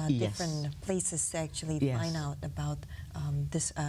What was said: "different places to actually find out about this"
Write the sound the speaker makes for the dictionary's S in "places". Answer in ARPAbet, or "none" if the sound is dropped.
S